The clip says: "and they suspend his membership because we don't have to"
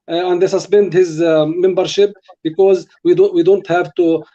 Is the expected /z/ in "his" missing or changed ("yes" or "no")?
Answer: no